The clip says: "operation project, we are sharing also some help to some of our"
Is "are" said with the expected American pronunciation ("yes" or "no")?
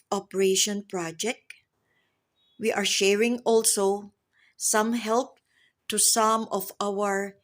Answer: yes